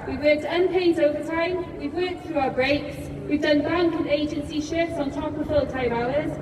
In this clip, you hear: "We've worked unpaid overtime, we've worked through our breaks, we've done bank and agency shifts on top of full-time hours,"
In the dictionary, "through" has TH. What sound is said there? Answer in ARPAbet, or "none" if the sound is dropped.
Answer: TH